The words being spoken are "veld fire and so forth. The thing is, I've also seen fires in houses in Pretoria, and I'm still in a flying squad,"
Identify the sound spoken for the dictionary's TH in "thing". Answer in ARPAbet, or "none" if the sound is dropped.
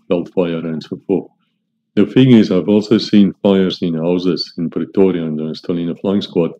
F